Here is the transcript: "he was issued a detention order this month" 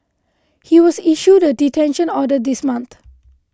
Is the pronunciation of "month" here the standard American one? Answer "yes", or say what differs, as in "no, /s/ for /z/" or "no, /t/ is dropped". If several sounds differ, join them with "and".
no, /t/ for /θ/